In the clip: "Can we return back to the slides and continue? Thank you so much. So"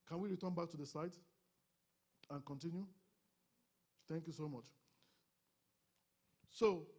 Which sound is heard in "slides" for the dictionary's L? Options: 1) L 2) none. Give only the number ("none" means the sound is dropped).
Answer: 2